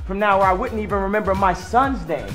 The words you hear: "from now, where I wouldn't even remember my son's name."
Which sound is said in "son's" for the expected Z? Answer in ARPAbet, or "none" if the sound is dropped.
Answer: Z